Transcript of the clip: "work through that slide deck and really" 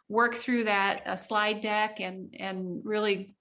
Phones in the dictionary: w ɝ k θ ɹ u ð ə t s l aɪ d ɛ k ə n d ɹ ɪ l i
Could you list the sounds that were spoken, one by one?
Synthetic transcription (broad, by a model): w ɝ k θ ɹ u ð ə t s l aɪ d ɛ k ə n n ɹ ɪ l i